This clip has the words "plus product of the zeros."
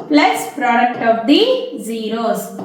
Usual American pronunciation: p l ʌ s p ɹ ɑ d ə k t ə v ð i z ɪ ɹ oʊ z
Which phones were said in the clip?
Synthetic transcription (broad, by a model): p l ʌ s p ɹ ɑ d ə k t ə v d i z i ɹ oʊ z